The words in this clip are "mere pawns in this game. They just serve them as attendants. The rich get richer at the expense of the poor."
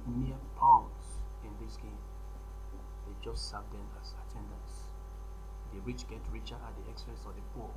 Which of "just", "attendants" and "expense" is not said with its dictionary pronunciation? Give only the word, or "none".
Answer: expense